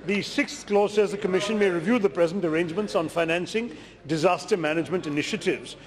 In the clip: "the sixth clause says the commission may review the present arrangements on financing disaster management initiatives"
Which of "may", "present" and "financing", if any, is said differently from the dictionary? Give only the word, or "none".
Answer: none